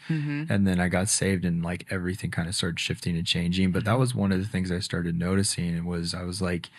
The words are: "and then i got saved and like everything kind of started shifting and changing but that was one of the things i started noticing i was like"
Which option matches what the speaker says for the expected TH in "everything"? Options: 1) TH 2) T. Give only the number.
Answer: 1